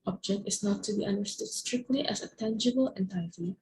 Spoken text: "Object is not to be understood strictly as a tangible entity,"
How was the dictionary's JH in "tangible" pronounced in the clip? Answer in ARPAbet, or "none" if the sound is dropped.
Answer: JH